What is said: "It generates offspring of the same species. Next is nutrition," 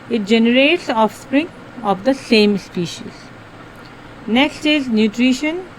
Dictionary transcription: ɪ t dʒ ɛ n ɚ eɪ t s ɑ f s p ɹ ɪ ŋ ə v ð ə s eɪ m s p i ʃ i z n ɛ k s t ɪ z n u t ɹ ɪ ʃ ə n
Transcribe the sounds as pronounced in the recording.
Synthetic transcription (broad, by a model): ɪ t dʒ ɛ n ɚ eɪ t s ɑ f s p ɹ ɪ ŋ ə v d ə s eɪ m s p i ʃ i z n ɛ k s t ɪ z n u t ɹ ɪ ʃ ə n